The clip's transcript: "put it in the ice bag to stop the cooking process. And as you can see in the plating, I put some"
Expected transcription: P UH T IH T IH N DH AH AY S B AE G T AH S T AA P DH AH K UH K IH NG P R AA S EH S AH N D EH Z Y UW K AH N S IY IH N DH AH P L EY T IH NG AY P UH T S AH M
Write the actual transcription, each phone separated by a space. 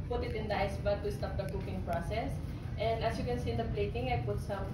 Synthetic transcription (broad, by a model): P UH T IH T IH N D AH AY S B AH T AH S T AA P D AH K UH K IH NG P R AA S EH S AH N D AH S Y UW K AH N S IY IH N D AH P L EY T IH NG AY P UH T S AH M